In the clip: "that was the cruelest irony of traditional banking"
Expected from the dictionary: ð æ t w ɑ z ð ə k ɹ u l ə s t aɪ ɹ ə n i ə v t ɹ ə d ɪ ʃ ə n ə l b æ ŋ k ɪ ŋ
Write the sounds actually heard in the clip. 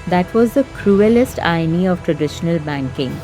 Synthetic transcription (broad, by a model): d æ t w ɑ z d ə k ɹ u l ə s t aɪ ə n i ə v t ɹ ə d ɪ ʃ ə n ə l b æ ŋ k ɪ ŋ